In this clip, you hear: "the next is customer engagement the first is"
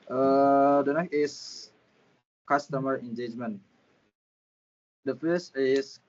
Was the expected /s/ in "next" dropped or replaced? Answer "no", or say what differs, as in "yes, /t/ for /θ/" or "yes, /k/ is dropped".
yes, /s/ is dropped